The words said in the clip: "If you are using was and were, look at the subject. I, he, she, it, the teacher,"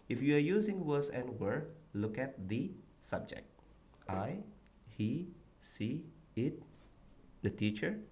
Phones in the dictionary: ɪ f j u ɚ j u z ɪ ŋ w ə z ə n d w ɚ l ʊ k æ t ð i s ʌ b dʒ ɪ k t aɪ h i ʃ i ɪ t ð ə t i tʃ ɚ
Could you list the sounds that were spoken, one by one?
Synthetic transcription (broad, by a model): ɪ f j u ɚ j u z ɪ ŋ w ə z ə n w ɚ l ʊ k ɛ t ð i s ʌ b dʒ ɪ k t aɪ h i s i ɪ t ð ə t i tʃ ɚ